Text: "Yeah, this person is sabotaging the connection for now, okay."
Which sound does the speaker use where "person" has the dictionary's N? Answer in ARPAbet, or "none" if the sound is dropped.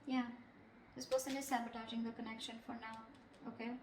L